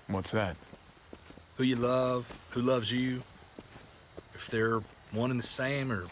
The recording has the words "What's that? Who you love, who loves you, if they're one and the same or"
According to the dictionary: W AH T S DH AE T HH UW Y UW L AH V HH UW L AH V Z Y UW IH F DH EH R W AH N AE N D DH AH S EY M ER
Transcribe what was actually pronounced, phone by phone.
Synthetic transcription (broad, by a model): W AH T S DH AE T HH UW Y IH L AH V HH UW L AH V Z Y UW IH F DH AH R W AH N N DH AH S EY M ER